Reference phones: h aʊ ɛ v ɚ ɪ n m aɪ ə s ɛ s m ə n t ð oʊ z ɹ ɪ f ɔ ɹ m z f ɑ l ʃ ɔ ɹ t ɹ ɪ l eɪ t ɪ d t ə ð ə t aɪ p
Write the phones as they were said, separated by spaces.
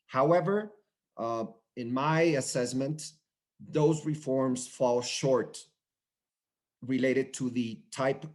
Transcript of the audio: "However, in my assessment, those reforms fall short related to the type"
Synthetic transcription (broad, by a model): h aʊ ɛ v ɚ ɪ n m aɪ ə s ɛ s m ə n t ð oʊ z ɹ ɪ f ɔ ɹ m z f ɑ l ʃ ɔ ɹ t ɹ ɪ l eɪ t ɪ d t ə ð ə t aɪ p